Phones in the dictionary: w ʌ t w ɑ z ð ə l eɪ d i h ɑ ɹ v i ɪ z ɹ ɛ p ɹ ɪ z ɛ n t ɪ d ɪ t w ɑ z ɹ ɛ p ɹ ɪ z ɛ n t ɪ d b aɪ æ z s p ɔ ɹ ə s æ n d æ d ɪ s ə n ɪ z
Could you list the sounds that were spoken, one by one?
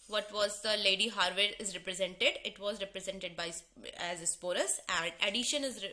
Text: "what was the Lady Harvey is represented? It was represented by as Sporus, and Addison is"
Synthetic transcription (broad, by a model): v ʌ t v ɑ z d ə l eɪ d i h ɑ ɹ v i ɪ z ɹ ɛ p ɹ ɪ z ɛ n t ɪ d ɪ t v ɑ z ɹ ɛ p ɹ ɪ z ɛ n t ɪ d b aɪ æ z s p ɔ ɹ ə s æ n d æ d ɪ ʃ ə n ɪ z